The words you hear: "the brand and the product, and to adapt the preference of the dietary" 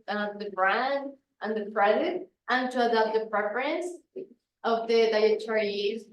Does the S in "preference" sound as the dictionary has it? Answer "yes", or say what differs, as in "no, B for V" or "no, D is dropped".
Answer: yes